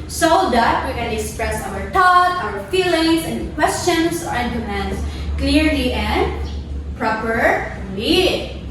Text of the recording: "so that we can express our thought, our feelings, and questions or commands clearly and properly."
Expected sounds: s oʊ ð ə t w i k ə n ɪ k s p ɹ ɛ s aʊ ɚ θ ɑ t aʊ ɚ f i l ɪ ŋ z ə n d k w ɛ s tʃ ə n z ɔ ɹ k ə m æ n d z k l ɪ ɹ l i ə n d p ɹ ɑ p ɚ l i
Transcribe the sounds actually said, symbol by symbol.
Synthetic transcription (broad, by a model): s oʊ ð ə t w i k ə n ɪ k s p ɹ ɛ s aʊ ɚ t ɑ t aʊ ɚ f i l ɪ ŋ s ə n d k w ɛ s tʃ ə n s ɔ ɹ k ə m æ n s k l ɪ ɹ l i ə n d p ɹ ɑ p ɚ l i